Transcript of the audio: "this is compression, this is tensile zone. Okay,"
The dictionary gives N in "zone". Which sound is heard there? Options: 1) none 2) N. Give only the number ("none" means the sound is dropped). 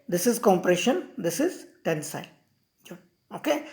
1